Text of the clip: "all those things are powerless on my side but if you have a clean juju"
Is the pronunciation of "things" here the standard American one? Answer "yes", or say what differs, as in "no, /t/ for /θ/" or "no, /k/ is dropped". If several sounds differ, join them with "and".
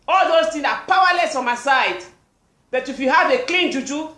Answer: no, /t/ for /θ/